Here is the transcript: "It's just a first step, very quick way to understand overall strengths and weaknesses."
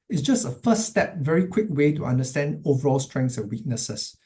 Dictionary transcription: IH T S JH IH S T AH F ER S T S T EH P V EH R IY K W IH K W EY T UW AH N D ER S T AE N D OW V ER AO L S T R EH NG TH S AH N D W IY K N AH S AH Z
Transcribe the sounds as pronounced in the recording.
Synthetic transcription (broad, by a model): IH T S JH IH S T AH F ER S S T EH P V EH R IY K W IH K W EY T UW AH N D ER S T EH N D OW V ER AO L S T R EH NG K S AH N W IY K N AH S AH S